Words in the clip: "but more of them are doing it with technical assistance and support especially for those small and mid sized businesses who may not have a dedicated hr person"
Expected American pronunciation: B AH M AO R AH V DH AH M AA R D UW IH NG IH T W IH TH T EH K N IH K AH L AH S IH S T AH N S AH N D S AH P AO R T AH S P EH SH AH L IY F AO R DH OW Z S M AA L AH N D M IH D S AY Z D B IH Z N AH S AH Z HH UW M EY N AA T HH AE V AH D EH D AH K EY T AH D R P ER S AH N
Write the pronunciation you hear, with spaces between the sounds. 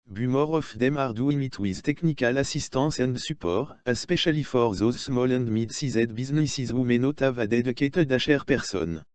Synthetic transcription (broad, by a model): B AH M AO R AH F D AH M AA R D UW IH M IH T W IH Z T EH K N IH K AH L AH S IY S T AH S AH N D S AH P AO R AH S P EH SH AH L IY F AO R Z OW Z S M AA L AH N D M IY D S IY Z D B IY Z N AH S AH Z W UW M EY N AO T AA V AH D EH D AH K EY T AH D R P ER S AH N